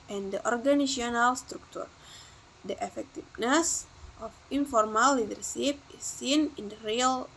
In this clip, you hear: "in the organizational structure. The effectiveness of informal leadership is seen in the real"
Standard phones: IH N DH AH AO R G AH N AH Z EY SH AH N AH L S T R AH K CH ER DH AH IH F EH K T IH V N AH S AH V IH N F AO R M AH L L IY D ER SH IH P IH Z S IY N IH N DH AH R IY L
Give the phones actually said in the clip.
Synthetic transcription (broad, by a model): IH N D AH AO R G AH N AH S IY AH N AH L S T R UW K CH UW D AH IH F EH K T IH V N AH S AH F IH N F AO R M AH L L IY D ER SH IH P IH S IY N IH N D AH R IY L